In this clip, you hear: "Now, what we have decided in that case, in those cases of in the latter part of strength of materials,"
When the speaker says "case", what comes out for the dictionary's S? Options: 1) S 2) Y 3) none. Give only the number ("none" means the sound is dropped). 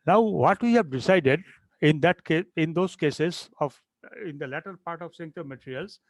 3